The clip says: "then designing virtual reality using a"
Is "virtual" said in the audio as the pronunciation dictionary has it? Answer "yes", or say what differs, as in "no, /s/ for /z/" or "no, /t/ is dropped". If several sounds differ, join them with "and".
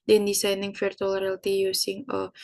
no, /f/ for /v/